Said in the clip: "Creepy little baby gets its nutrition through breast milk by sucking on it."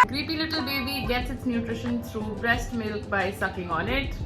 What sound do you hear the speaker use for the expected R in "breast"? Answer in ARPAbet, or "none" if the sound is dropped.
R